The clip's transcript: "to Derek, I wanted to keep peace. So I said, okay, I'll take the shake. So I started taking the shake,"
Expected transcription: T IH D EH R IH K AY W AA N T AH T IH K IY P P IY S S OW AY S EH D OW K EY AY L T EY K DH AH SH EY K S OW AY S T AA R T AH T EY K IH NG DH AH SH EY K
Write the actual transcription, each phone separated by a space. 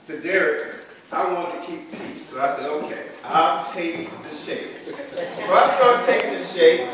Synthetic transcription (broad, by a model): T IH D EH R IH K AY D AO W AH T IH K IY P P IY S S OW AY S EH D OW K EY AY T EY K DH AH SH EY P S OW AY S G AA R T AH T EY IH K DH AH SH EY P